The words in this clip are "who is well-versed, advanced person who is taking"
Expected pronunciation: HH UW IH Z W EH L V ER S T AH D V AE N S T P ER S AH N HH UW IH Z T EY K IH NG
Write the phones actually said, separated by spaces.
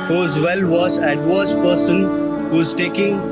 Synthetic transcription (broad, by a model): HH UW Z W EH L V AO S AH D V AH S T P ER S AH N HH UW IH Z T EY K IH NG